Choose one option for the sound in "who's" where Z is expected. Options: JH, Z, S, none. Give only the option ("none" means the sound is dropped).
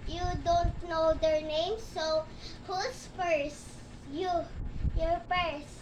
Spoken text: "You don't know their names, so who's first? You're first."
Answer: S